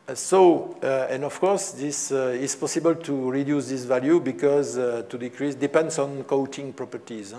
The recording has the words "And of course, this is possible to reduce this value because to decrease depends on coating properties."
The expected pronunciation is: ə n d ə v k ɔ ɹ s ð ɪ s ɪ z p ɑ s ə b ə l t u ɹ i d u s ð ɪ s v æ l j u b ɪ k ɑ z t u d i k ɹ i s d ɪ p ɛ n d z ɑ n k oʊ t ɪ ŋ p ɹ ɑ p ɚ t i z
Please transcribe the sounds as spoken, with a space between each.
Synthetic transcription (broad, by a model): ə n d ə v k ɔ ɹ s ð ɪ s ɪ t p ɑ s ə b ə l t u ɹ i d u s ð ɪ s v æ l j u b ɪ k ɑ z t u d i k ɹ i s d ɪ p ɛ n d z ɑ n k oʊ t ɪ ŋ p ɹ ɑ p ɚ t i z